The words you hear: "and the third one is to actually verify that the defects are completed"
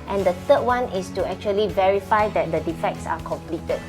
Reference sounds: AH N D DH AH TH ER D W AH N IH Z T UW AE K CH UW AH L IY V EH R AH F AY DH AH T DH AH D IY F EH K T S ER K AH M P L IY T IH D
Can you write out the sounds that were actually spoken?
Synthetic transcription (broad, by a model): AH N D AH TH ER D W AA N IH S T UW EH K CH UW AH L IY V EH R AH F AY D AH T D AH D IY F EH K T S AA K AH M P L IY T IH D